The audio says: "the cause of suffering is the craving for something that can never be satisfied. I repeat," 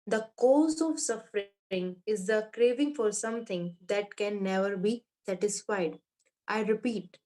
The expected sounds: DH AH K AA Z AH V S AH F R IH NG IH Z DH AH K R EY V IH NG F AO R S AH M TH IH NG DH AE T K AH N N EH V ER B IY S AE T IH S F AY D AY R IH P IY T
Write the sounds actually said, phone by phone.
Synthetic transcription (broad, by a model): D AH K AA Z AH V S AH F R IH NG IH Z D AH K R EY V IH NG F AO R S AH M T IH NG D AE T K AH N N EH V ER B IY S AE T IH S F AY D AY R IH P IY T